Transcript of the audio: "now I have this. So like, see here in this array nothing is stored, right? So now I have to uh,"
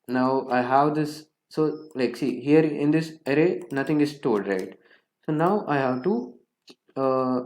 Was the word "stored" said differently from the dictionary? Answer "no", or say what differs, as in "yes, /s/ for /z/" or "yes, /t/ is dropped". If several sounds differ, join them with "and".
yes, /l/ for /ɹ/